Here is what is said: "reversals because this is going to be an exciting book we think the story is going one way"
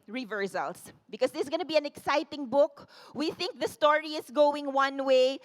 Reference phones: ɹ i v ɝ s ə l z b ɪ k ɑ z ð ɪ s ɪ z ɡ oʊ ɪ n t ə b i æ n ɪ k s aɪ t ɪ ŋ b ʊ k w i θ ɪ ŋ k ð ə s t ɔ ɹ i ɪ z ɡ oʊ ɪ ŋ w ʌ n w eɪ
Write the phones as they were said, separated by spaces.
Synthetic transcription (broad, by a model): ɹ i v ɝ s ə l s b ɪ k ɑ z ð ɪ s ɡ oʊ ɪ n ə b i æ n ɪ k s aɪ t ɪ ŋ b ʊ k w i θ ɪ ŋ k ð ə s t ɔ ɹ i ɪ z ɡ oʊ ɪ ŋ w ʌ n w eɪ